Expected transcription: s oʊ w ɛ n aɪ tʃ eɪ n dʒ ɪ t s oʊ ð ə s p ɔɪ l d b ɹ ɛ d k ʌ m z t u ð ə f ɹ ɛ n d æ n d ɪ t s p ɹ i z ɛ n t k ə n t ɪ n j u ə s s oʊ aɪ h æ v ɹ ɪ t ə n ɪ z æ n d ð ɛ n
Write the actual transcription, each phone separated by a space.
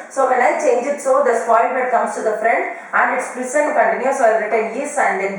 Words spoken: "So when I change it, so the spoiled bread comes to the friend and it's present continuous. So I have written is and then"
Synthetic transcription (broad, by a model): s oʊ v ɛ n aɪ tʃ eɪ n dʒ ɪ t s oʊ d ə s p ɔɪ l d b ɛ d k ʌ m s t u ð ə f ɹ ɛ n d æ n d ɪ t s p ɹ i s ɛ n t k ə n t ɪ n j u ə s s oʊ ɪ ɹ ɪ t ə n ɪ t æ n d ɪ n